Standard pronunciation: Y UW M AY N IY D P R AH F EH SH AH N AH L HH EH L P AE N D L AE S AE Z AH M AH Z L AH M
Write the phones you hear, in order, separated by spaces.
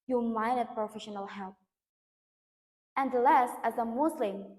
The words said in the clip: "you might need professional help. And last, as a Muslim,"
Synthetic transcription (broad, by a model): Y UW M AY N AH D P R AH F EH SH AH N AH L HH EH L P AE N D L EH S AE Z AH M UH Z L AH M